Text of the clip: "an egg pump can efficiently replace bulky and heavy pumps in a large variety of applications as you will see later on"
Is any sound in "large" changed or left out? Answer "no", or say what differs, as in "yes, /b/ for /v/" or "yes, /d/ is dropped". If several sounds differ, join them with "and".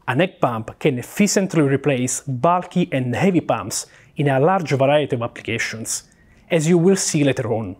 no